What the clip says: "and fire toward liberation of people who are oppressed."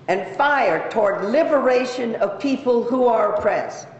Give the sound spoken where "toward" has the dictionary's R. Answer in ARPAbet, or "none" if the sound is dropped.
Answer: R